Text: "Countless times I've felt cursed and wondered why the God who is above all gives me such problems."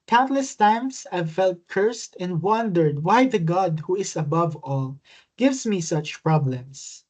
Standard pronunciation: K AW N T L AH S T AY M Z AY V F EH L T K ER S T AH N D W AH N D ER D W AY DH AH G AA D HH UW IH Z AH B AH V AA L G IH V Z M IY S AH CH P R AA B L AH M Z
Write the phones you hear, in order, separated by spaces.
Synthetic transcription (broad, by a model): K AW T L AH S T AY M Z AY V F EH L T K ER S T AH N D W AH N D ER D W AY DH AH G AA D HH UW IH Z AH B AH V AA L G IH V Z M IY S AH CH P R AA B L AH M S